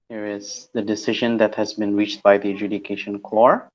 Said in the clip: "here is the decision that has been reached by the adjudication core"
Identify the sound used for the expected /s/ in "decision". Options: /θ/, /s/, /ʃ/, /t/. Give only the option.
/s/